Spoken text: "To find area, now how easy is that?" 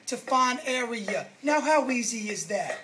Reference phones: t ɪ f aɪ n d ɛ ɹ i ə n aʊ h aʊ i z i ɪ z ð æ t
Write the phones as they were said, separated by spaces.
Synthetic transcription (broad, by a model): t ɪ f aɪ n ɛ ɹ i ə n aʊ h aʊ i z i ɪ z ð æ t